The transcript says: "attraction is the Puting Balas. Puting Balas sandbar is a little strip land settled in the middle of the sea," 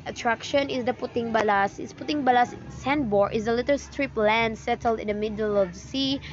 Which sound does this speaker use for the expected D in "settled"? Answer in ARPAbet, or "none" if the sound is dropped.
D